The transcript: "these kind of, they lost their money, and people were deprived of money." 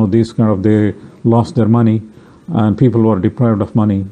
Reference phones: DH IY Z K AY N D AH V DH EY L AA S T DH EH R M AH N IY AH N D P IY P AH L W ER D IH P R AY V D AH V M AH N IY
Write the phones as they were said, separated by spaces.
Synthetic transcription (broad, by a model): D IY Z K AY N D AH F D EY L AA S T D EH R M AH N IY AH N D P IY P AH L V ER D IH P R AY V D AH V M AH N IY